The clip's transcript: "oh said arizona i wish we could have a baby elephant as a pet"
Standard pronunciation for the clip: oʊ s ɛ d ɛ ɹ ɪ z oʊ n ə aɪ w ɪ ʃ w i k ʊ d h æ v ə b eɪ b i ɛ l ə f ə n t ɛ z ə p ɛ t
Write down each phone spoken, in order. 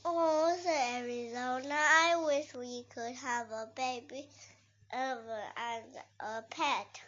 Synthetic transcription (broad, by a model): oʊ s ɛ ɛ ɹ ɪ z oʊ n ə aɪ w ɪ ʃ w i k ʊ d h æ v ə b eɪ b i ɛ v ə ə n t ə p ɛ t